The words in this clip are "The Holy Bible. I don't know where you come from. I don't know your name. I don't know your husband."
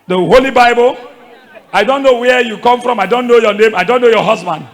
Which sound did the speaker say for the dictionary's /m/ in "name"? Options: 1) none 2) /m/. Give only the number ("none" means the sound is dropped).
2